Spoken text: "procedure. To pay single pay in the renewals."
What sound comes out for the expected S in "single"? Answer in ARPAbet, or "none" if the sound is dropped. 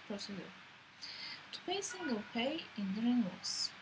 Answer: S